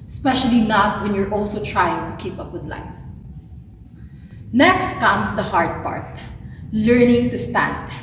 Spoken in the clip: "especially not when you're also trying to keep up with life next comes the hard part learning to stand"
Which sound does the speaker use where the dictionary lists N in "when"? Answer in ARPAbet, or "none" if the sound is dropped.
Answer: N